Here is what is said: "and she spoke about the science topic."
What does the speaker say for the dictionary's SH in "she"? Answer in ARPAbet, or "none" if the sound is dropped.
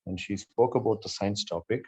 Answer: SH